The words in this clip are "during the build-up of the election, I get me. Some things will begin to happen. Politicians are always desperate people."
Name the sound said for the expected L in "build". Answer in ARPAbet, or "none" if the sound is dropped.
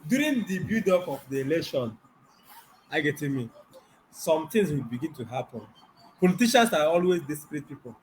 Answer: none